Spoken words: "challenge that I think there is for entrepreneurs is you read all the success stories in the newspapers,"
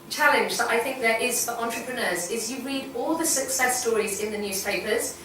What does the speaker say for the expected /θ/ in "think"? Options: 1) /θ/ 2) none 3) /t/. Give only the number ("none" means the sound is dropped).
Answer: 1